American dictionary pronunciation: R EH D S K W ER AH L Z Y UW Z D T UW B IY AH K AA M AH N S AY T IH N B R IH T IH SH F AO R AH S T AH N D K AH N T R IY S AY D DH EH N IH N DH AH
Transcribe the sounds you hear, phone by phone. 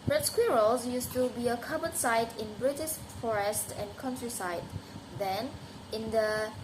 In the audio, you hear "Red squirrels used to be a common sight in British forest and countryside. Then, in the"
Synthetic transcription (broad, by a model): R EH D S K W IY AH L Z Y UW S T UW B IY AH K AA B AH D S AY T IH N B R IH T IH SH F AO R AH S T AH N K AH N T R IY S AY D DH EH N IH N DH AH